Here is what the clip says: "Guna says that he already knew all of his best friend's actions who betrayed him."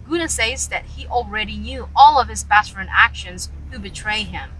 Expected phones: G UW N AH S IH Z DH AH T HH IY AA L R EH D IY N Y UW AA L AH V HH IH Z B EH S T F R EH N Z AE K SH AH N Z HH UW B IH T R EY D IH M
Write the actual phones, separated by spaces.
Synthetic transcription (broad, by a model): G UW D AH S IH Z DH AH T HH IY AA L R EH D IY N Y UW AA L AH V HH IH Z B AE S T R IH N AE K SH AH N Z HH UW B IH T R EY IH M